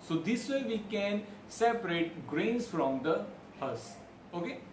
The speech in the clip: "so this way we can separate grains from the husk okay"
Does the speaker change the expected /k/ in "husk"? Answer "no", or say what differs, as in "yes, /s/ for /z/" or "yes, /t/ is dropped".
yes, /k/ is dropped